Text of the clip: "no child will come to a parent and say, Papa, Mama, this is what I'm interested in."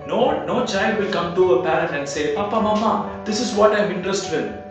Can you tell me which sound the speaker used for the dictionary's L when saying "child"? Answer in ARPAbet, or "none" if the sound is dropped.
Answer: L